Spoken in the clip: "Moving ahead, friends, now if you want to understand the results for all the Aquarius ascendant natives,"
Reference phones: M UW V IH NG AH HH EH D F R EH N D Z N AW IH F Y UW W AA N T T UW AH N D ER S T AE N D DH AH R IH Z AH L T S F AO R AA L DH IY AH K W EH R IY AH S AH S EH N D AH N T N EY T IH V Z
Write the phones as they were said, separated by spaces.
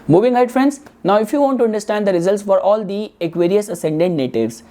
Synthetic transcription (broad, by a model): M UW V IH NG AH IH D F R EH N D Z N AW IH F Y UW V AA N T T UW AH N D ER S T AE N D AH R IH Z AH L T S F AO R AA L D IY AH K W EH R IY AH S AH S EH N D AH N T N EY T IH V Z